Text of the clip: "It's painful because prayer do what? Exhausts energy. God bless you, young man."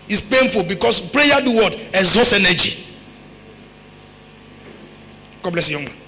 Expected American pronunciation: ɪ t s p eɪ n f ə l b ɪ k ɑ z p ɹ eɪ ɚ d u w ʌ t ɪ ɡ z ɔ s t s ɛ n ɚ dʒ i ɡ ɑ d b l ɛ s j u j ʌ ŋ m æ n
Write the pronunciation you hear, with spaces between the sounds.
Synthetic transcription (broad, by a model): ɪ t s p eɪ n f ə l b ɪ k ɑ s p ɹ eɪ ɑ d u w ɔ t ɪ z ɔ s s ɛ n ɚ dʒ i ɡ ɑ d b l ɛ s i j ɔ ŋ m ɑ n